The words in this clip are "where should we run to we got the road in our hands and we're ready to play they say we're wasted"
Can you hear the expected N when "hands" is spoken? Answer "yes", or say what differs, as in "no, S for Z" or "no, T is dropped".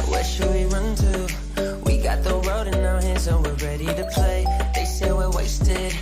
no, N is dropped